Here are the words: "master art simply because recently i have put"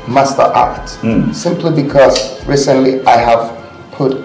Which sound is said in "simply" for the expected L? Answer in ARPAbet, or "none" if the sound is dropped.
L